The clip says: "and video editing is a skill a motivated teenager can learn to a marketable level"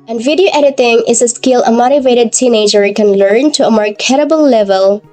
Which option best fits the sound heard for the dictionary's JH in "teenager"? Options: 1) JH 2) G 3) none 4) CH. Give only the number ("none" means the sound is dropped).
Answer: 1